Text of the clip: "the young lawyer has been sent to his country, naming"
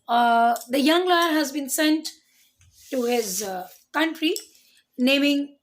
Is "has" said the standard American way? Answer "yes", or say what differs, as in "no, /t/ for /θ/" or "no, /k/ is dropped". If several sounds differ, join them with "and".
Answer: yes